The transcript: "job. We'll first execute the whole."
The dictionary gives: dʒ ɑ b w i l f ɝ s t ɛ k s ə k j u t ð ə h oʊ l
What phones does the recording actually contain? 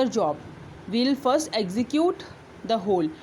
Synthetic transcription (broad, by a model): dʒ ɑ b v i l f ɝ s t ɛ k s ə k j u t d ə h oʊ l